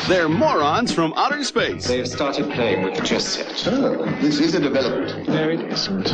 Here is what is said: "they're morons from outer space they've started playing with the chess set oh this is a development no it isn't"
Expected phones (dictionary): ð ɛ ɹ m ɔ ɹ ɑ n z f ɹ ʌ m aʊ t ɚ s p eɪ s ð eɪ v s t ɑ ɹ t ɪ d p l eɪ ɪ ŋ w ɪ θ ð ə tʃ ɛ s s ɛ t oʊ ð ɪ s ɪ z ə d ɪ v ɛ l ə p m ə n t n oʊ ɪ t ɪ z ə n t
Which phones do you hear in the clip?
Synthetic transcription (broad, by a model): ð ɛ ɹ m ɔ ɹ ɑ n z f ɹ ʌ m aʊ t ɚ s p eɪ s ð eɪ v s t ɑ ɹ t ɪ d p l eɪ ɪ ŋ w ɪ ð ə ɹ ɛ s s ɛ t oʊ ð ɪ s ɪ z ə d ɪ v ɛ l ə p m ə n t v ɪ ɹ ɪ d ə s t